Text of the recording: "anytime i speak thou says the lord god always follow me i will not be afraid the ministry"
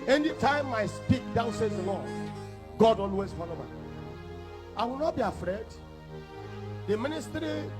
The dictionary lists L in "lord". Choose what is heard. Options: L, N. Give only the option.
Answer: N